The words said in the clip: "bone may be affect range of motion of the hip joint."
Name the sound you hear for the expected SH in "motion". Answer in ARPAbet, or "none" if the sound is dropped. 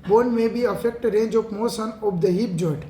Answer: S